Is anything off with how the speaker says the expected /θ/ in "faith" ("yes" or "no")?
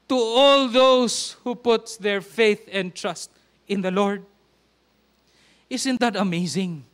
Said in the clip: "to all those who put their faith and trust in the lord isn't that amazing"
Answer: no